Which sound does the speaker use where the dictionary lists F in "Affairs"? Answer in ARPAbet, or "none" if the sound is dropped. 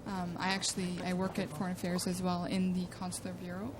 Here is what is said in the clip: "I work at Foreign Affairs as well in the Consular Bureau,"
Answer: F